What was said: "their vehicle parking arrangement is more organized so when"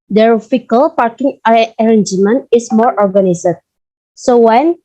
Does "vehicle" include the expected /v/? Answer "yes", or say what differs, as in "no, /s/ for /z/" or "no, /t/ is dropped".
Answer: no, /f/ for /v/